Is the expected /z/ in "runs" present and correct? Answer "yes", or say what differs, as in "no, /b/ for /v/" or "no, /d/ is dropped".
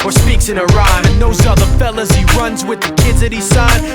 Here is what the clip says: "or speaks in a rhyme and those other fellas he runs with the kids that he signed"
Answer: yes